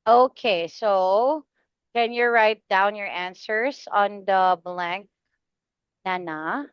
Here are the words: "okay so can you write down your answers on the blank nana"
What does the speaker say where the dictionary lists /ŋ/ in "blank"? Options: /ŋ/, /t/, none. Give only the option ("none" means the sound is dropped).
/ŋ/